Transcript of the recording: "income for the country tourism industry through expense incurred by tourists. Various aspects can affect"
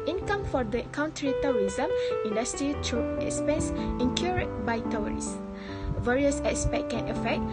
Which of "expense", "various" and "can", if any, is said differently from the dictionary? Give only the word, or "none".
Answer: none